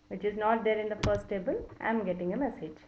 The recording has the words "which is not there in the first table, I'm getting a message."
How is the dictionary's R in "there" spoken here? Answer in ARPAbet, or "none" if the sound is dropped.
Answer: L